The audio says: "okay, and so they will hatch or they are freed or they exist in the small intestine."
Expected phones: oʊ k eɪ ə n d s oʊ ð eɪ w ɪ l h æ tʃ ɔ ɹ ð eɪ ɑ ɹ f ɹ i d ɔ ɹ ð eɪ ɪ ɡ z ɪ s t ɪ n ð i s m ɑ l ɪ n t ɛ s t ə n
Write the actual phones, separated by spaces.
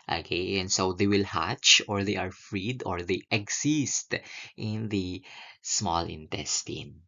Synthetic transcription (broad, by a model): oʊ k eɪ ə n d s oʊ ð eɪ w ɪ l h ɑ tʃ ɔ ɹ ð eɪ ɑ ɹ f ɹ i d ɔ ɹ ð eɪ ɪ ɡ s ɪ s t ɪ n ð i s m ɑ l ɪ n t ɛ s t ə n